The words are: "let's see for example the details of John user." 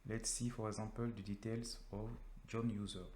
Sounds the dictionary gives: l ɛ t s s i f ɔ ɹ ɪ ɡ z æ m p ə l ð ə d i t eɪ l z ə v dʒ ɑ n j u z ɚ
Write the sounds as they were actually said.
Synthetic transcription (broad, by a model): l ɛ t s s i f ɔ ɹ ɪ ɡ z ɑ p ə l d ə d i t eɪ l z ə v dʒ ɑ n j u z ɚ